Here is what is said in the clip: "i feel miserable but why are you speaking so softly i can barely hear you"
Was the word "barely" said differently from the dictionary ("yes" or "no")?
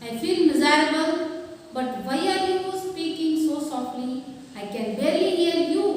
yes